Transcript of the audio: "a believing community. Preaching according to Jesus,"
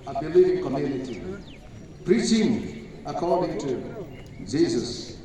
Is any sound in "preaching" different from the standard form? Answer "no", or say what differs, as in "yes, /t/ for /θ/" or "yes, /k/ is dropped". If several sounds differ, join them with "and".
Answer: no